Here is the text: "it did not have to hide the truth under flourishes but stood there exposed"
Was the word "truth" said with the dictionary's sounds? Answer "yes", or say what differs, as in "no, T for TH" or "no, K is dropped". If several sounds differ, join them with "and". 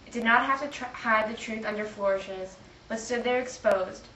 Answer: yes